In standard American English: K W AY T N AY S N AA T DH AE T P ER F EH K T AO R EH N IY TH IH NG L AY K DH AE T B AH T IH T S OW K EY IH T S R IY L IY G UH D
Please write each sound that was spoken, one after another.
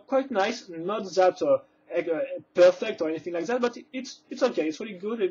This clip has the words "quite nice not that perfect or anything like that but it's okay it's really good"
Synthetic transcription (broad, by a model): K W AY T N AY S N AA T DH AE T P ER F EH K T AO R EH N IY TH IH NG L AY K DH AE T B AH T IH T S OW K EY IH T S R IY L IY G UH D